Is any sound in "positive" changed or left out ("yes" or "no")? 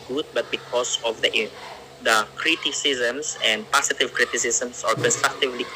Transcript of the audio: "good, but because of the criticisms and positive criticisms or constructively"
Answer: yes